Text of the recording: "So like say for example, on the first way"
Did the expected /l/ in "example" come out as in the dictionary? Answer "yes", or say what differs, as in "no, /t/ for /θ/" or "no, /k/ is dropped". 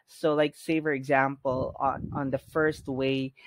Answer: no, /n/ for /l/